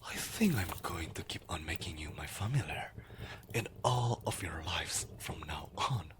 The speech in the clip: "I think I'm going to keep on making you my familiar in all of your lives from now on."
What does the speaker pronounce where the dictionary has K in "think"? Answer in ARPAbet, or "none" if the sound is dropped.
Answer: K